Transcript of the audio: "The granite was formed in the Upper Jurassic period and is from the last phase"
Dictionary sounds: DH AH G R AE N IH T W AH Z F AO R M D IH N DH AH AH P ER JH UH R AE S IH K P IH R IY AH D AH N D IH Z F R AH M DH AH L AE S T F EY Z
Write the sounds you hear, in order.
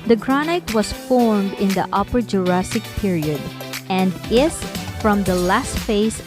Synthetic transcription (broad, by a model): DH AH G R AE N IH T W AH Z F AO R M D IH N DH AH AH P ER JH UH R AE S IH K P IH R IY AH D AH N D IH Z F R AH M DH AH L AE S T F EY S